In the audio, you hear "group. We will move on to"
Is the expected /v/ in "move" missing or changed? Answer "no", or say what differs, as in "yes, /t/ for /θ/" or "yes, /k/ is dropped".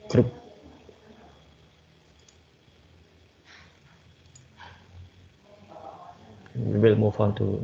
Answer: yes, /f/ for /v/